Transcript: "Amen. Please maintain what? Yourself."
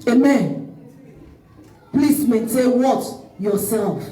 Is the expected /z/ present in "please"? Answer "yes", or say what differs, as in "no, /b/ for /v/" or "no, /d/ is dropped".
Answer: no, /s/ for /z/